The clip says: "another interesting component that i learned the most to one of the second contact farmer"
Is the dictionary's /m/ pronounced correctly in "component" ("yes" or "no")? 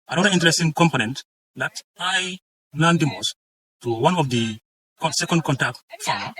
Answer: yes